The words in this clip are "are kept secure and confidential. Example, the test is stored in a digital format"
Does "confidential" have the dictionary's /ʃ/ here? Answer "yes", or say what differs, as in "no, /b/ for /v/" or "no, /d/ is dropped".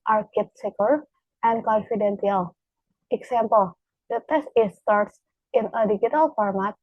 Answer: no, /s/ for /ʃ/